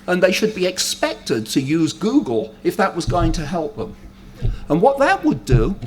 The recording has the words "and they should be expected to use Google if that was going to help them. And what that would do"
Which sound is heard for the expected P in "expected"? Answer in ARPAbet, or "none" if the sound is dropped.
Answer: P